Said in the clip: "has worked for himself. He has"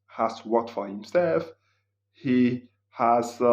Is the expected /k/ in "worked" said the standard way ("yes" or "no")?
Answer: no